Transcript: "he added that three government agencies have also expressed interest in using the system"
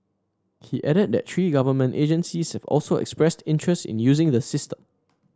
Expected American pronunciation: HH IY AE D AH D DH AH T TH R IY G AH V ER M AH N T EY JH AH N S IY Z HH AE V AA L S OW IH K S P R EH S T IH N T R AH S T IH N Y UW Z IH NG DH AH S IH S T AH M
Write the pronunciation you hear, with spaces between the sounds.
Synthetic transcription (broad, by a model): HH IY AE D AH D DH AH T T R IY G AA V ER M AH N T EY JH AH N S IY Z HH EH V AA L S OW IH K S P R EH S T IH N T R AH S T IH N Y UW Z IH NG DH AH S IH S T AH M